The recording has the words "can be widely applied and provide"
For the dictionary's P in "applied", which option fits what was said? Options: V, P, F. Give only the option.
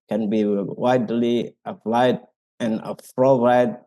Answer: F